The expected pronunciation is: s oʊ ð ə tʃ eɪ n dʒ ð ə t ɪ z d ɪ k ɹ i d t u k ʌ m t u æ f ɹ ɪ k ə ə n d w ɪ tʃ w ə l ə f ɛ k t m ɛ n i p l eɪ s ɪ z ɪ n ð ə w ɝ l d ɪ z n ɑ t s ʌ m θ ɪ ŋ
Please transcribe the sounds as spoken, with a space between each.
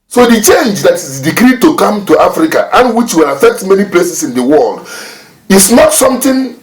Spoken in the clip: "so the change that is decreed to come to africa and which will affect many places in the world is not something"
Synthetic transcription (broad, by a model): s oʊ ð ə tʃ eɪ n dʒ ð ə t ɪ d d ɪ k ɹ i d t u k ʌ m t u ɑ f ɹ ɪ k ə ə n w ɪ tʃ w ə l ə f ɛ k t m ɛ n i p l eɪ s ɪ s ɪ n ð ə w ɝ l d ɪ s n ɑ t s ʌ m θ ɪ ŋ